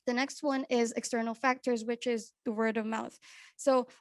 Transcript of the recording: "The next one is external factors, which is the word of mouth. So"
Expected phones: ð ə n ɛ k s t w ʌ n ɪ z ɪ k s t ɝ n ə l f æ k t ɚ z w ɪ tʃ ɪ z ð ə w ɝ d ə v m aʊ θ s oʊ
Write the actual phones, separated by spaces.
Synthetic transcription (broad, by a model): ð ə n ɛ k s t w ʌ n ɪ z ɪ k s t ɝ n l f æ k t ɚ z w ɪ tʃ ɪ z ð ə w ɝ d ə v m aʊ θ s oʊ